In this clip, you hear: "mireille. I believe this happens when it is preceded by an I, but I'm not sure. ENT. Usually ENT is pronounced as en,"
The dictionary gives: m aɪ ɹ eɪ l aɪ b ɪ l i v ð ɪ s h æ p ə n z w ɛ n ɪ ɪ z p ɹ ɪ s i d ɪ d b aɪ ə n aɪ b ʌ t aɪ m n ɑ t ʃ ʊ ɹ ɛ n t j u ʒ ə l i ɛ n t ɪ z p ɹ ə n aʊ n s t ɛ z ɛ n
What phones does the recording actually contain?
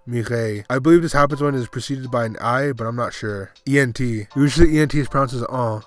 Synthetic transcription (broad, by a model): m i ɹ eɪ aɪ b ɪ l i v ð ɪ s h æ p ə n z w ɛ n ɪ ɪ z p ɹ ɪ s i d ɪ d b aɪ ə n aɪ b ʌ t aɪ m n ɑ t ʃ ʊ ɹ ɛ n t j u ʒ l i ɛ n t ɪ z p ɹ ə ʊ n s ɪ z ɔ